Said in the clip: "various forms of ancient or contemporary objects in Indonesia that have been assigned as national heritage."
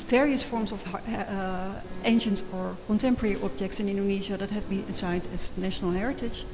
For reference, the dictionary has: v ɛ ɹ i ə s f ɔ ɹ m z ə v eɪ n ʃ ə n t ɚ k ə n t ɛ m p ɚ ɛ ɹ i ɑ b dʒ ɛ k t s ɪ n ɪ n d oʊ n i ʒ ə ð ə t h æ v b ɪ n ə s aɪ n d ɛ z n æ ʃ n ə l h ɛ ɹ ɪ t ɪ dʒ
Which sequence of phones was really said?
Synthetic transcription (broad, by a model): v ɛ ɹ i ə s f ɔ ɹ m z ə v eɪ n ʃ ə n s ɚ k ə n t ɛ m p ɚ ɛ ɹ i ɑ b dʒ ɛ k t s ɪ n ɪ n d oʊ n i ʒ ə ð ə t h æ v b ɪ n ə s aɪ n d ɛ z n æ ʃ n ə l h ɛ ɹ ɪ t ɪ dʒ